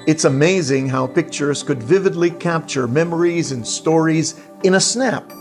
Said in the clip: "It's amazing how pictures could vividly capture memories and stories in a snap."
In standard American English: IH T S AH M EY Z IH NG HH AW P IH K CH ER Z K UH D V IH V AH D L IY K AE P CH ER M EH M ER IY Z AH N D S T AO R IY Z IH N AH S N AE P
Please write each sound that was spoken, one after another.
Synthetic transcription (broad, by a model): IH T S AH M EY Z IH NG HH AW P IH K CH ER Z K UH D V IH V AH D L IY K AE P CH ER M EH M ER IY Z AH N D S T AO R IY Z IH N AH S N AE P